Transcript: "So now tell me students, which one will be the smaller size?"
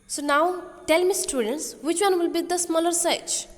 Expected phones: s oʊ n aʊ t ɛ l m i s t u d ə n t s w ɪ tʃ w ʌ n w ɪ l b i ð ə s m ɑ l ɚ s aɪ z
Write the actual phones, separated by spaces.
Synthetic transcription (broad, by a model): s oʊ n aʊ t ɛ l m i s t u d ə n t s w ɪ tʃ w ʌ n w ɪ l b i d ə s m ɑ l ɚ s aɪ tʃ